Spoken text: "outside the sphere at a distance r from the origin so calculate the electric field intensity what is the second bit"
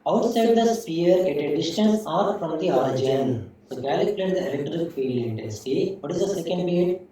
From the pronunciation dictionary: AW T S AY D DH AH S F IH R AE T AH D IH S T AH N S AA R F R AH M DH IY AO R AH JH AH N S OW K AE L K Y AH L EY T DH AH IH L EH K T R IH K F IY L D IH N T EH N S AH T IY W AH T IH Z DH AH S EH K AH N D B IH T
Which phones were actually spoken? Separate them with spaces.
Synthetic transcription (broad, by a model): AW T S AY D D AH S P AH R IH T AH D IH S T AH N S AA R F R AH M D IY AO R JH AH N S OW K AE L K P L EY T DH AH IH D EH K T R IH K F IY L IH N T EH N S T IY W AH T IH Z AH S EH K AH N D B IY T